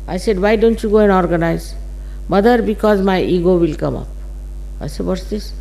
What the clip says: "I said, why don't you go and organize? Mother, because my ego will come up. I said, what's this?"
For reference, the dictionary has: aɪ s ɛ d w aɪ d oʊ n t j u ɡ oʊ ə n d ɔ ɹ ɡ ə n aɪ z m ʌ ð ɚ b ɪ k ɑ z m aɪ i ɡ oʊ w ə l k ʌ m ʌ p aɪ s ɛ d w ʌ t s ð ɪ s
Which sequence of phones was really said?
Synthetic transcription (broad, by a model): aɪ s ɛ d w aɪ d oʊ n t j u ɡ oʊ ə n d ɔ ɹ ɡ ə n aɪ z m ʌ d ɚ b ɪ k ɑ z m aɪ i ɡ oʊ w ə l k ʌ m ʌ p aɪ s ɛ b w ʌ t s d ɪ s